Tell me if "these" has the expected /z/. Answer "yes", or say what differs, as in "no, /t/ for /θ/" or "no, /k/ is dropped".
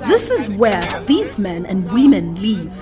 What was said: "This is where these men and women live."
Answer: yes